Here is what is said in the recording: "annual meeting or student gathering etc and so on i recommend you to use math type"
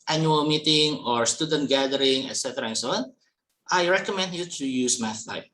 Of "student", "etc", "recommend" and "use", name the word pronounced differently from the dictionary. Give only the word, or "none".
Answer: none